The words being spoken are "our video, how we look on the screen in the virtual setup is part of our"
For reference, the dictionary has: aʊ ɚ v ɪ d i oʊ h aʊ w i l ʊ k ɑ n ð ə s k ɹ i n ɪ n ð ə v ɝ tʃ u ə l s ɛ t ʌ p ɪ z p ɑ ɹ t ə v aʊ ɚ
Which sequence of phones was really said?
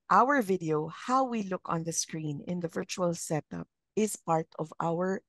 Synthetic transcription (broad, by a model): aʊ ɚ v ɪ d i oʊ h aʊ w i l ʊ k ɑ n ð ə s k ɹ i n ɪ n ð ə v ɝ tʃ u ə l s ɛ t ʌ p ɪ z p ɑ ɹ t ə v aʊ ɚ